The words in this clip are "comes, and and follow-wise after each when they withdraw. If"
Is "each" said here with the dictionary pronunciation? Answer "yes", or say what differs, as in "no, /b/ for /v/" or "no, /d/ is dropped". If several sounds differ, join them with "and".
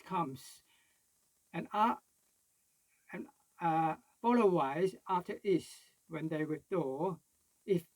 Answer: no, /s/ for /tʃ/